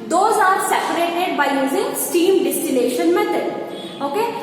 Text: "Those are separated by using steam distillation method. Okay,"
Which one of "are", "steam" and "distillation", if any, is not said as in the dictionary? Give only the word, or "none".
distillation